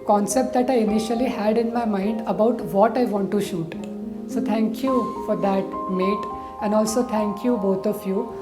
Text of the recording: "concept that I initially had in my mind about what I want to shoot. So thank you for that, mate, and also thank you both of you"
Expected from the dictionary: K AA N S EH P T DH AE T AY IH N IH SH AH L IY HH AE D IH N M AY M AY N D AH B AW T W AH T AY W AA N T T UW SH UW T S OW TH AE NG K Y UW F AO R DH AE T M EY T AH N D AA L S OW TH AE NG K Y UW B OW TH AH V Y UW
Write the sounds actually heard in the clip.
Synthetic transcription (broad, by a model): K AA N S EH P T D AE T AY IH N IH SH AH L IY HH AE D IH N M AY M AY N D AH B AW T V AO T AY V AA N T T UW SH UW T S OW T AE NG K Y UW F AO R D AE T M EY T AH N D AA L S OW T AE NG K Y UW B OW T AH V Y UW